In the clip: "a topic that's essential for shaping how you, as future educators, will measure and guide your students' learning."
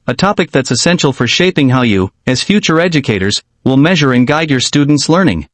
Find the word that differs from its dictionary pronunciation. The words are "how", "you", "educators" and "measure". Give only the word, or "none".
none